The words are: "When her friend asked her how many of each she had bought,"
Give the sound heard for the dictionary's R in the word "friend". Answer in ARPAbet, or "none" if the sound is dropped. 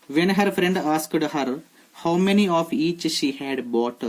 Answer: R